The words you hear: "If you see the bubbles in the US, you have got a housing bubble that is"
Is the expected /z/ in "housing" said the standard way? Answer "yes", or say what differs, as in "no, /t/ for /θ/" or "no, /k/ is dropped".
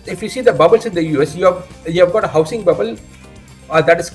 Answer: no, /s/ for /z/